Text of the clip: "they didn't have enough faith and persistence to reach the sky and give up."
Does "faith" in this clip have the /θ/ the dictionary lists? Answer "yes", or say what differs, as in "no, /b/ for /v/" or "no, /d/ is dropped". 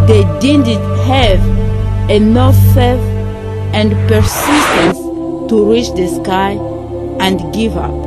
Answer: no, /f/ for /θ/